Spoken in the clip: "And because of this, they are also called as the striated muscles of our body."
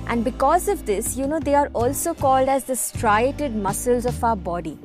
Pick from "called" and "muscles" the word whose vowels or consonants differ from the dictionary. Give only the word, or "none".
none